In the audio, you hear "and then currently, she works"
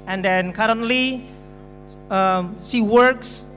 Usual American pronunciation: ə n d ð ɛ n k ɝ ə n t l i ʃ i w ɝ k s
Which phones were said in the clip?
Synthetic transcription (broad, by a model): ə n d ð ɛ n k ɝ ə n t l i s i w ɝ k s